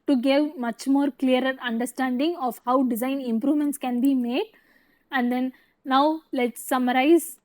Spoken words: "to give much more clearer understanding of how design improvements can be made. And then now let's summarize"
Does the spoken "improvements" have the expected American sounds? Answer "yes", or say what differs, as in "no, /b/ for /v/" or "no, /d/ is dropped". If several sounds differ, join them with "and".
yes